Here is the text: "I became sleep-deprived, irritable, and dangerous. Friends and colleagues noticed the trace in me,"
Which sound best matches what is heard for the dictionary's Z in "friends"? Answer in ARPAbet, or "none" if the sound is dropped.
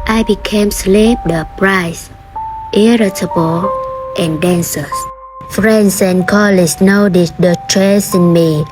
S